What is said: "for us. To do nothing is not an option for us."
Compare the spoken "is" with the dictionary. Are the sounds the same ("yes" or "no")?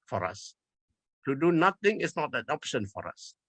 no